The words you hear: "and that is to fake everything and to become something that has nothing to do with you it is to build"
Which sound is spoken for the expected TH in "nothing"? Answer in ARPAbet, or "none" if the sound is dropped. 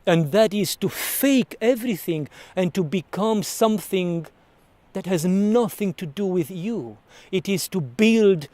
TH